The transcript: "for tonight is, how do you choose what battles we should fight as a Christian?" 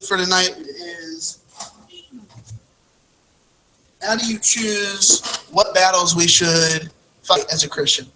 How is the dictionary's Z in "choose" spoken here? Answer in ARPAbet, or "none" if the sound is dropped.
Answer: Z